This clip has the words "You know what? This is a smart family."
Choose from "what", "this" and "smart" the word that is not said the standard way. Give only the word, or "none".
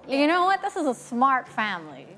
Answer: none